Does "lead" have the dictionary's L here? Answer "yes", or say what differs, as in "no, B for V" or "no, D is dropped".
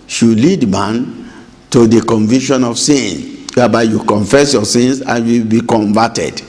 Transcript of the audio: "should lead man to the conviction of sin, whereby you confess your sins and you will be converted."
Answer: yes